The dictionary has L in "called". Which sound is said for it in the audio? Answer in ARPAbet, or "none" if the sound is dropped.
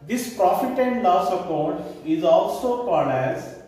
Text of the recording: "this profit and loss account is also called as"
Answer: N